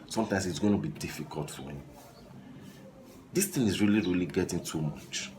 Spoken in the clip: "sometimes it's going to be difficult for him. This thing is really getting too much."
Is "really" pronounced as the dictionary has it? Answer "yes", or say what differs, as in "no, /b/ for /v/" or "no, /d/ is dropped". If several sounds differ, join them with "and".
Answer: yes